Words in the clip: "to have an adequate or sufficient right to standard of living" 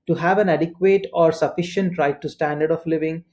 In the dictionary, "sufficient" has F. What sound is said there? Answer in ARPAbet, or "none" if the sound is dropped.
F